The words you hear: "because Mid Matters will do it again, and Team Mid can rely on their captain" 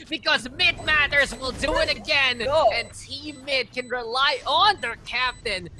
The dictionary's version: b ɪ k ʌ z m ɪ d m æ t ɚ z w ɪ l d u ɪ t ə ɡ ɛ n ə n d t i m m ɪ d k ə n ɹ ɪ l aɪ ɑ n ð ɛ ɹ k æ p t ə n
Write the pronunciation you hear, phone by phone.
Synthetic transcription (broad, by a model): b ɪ k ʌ z m ɪ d m æ t ɚ z w ɪ l d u ɪ t ə ɡ ɛ n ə n t i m m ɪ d k ə n ɹ ɪ l aɪ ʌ n ð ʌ ɹ k æ p t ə n